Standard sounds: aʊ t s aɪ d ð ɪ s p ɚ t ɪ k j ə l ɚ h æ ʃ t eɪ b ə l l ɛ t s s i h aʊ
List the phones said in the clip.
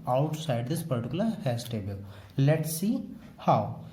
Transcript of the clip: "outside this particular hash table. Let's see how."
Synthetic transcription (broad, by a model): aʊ t s aɪ d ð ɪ s p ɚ t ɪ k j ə l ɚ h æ s t eɪ b ə l l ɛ t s s i h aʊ